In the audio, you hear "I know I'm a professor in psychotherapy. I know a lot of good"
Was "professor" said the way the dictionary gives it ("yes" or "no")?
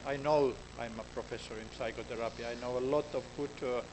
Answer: yes